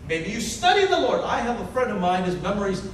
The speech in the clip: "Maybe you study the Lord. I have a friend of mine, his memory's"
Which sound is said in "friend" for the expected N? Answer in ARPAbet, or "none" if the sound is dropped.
none